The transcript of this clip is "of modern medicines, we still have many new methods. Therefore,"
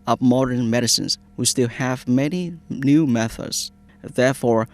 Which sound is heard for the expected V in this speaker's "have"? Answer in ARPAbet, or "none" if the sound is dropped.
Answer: V